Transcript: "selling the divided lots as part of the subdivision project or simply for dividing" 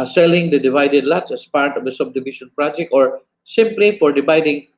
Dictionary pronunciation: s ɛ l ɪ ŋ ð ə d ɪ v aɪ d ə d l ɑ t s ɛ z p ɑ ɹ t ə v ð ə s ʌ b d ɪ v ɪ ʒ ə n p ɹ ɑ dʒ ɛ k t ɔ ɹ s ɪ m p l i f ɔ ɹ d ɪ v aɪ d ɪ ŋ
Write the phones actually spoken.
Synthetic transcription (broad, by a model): s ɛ l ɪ ŋ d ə d ɪ v aɪ d ə d l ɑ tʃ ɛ s p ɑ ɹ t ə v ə s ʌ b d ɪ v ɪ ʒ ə n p ɹ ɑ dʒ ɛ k ɔ ɹ s ɪ m p l i f ɔ ɹ d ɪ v aɪ d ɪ ŋ